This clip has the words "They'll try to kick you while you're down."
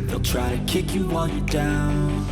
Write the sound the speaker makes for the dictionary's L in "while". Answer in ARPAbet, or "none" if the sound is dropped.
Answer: N